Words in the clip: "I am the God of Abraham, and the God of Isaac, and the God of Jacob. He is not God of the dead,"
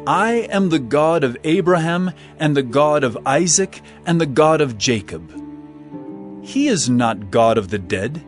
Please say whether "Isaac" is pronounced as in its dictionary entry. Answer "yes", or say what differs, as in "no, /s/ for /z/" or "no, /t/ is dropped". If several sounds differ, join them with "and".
yes